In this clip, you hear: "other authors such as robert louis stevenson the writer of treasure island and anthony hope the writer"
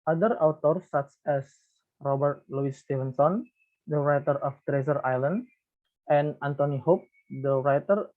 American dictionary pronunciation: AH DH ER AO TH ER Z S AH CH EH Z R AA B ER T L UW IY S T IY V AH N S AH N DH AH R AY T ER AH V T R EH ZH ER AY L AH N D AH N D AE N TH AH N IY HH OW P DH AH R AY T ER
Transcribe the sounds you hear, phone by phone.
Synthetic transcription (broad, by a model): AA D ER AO T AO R S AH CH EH S R AA B ER T L UW IY S T IY V AH N S AH N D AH R AY T ER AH F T R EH Z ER AY L AH N D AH N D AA N T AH N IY HH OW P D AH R AY T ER